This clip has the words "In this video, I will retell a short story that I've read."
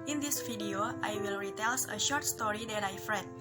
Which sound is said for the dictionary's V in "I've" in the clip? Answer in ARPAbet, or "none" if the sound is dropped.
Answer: F